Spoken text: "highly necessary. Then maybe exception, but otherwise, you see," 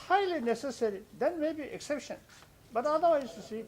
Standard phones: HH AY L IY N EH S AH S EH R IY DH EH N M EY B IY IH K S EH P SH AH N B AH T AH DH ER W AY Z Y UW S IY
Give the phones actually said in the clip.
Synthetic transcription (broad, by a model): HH AY L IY N EH S AH S EH R IY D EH N M EY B IY IH K S EH P SH AH N B AH T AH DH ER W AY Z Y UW S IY